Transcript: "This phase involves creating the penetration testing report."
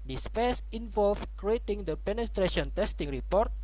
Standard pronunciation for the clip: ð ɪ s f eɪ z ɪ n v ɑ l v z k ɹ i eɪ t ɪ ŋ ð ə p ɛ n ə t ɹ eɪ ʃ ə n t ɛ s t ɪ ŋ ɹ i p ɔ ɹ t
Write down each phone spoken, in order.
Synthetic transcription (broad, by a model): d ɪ s p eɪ s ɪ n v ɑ l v k ɹ i eɪ t ɪ ŋ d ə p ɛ n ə t ɹ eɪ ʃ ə n t ɛ s t ɪ ŋ ɹ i p ɔ ɹ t